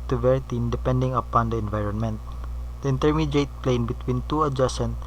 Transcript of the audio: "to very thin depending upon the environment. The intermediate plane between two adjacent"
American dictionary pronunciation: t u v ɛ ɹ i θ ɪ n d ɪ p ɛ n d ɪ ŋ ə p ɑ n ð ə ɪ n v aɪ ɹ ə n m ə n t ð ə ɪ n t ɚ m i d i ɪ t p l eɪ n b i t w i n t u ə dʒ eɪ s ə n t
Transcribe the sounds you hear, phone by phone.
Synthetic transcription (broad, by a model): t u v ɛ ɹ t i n d ɪ p ɛ n d ɪ ŋ ə p ɑ n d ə ɪ n v aɪ ɹ ə n m ə n t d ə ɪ n t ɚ m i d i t p l eɪ n b i t w i n t u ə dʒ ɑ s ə n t